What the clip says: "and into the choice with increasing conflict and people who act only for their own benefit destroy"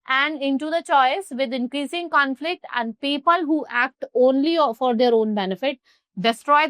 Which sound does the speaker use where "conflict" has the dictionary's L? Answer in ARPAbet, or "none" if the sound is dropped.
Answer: L